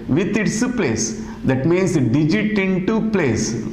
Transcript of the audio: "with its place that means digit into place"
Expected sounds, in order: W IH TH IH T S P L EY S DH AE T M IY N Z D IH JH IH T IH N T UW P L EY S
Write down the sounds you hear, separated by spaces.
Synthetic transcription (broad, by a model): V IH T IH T S P L EY S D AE T M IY N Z D IH JH IH T IH N T UW P L EY S